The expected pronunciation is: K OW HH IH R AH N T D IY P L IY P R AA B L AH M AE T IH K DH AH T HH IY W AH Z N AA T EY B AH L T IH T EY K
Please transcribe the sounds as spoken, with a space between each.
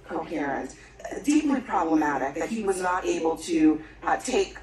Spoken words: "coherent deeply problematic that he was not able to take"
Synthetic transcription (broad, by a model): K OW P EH R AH N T D IY P L IY P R AA B L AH M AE T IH K DH AH T HH IY W AH Z N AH T EY B L T IH T EY K